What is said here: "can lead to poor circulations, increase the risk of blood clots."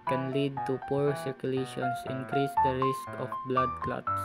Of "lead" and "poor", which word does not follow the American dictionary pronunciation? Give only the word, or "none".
none